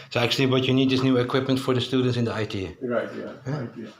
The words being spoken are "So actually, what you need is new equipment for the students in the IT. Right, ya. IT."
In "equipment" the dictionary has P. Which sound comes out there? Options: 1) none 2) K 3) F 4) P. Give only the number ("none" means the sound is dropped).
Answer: 4